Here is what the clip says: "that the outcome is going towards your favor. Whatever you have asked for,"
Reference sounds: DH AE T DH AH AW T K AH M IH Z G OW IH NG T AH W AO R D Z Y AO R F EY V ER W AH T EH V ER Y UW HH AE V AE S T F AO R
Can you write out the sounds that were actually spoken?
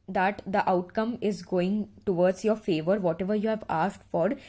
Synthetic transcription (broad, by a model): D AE T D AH AW T K AH M IH Z G OW IH NG T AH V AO R D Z Y AO R F EY V ER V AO T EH V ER Y UW HH AE V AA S T F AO R